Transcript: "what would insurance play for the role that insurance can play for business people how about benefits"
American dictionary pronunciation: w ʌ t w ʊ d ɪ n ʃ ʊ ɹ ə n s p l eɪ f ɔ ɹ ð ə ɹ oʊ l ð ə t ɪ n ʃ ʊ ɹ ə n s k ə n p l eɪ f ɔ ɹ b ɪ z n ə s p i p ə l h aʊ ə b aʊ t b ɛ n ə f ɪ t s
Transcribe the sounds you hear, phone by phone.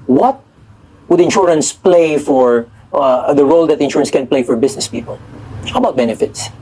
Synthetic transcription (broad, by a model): w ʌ t w ʊ d ɪ n ʃ ʊ ɹ ə n s p l eɪ f ɔ ɹ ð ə ɹ oʊ l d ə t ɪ n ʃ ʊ ɹ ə n s k ə n p l eɪ f ɔ ɹ b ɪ s n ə s p i p ə l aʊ ə b aʊ t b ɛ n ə f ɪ t s